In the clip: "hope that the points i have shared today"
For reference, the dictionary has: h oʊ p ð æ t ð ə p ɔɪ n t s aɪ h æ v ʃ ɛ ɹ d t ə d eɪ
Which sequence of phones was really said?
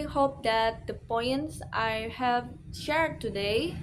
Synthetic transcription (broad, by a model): h oʊ p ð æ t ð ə p ɔɪ n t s aɪ h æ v ʃ ɛ ɹ d t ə d eɪ